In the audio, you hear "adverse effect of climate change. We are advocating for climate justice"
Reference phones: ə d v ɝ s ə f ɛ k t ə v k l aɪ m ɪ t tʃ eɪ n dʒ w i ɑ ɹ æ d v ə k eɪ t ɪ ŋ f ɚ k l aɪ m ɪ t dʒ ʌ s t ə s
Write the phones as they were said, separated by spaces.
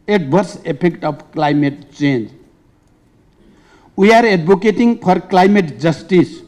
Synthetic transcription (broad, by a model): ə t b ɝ s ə p ɛ k t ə b k l aɪ m ɪ t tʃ eɪ n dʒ w i ɑ ɹ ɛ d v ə k eɪ t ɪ ŋ p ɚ k l aɪ m ɪ t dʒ ʌ s t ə s